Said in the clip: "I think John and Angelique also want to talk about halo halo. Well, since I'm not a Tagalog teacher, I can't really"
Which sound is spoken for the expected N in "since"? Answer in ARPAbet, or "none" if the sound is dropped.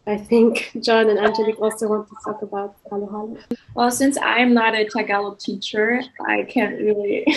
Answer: N